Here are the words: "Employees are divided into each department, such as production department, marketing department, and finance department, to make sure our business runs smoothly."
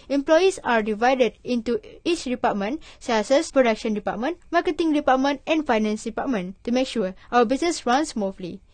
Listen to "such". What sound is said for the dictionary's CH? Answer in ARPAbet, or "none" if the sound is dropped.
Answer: S